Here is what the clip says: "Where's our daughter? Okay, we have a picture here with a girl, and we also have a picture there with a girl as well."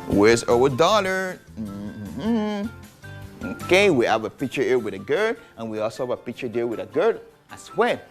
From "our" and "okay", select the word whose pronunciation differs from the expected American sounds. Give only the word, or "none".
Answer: our